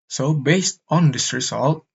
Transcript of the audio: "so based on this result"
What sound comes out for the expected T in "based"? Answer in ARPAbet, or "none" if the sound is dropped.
T